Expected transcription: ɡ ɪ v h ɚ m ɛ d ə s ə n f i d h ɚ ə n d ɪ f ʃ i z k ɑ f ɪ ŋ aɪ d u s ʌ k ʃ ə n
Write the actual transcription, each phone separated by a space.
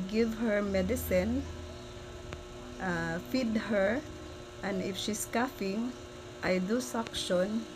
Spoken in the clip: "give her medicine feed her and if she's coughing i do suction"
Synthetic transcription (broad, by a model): ɡ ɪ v h ɚ m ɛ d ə s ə n f i d h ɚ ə n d ɪ f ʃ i s k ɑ f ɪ ŋ aɪ d u s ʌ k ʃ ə n